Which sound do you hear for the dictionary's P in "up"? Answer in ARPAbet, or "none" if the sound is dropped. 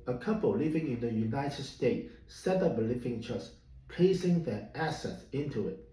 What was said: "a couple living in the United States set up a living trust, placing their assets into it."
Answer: B